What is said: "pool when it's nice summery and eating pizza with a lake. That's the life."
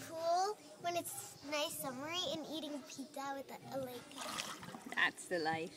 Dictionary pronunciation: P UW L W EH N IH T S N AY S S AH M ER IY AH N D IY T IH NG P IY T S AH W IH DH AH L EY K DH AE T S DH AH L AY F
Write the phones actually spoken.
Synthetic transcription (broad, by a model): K UW L W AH N IH T S N AY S S AH M ER IY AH N IY T IH NG P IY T AH W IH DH AH L EY K DH AE T S DH AH L AY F